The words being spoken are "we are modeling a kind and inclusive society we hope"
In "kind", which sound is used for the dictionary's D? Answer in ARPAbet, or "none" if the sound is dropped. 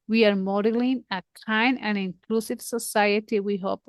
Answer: none